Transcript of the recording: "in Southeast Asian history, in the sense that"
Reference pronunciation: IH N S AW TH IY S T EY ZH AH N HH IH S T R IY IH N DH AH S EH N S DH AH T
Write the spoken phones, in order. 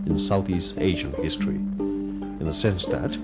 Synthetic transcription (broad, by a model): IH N S AW TH IY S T EY ZH AH N HH IH S T R IY IH N DH AH S EH N S DH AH T